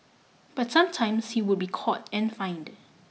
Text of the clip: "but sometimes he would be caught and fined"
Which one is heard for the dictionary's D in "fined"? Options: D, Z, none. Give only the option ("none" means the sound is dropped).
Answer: D